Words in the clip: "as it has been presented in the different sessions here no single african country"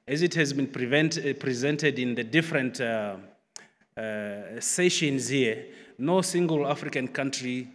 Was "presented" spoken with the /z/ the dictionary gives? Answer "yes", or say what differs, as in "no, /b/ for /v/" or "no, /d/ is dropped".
yes